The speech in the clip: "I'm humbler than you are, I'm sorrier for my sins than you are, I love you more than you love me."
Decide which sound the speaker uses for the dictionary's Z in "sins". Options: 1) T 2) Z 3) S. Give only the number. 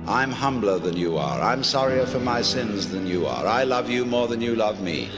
2